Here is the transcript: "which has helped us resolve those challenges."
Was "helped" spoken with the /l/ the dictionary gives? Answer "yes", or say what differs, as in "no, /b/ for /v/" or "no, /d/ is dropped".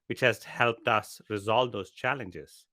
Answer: yes